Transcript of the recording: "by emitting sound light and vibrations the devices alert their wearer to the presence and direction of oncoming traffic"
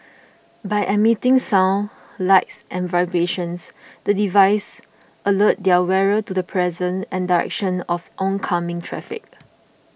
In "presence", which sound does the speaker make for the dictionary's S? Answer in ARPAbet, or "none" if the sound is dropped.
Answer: none